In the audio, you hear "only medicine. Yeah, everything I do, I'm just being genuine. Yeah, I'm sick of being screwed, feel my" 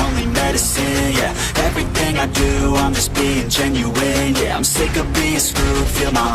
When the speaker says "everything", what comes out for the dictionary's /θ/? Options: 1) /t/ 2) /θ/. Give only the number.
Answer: 2